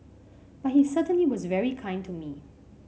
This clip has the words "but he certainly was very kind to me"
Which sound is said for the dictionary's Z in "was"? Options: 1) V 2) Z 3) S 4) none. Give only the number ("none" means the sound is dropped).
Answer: 2